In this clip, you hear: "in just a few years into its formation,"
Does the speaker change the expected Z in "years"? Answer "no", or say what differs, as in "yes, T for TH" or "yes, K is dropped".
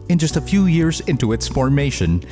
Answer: no